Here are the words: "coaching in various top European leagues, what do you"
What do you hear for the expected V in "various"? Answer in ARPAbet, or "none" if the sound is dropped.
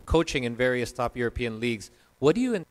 V